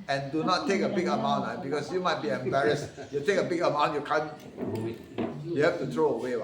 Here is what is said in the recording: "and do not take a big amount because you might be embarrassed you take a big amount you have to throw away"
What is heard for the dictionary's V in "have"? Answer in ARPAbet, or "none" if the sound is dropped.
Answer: F